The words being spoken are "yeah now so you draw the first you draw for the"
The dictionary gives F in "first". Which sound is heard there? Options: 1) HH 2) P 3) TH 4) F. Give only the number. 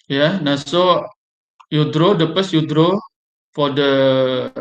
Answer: 2